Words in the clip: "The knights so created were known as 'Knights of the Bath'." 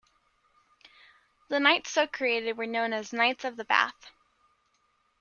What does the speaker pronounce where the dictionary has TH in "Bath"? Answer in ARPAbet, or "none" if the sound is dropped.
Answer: TH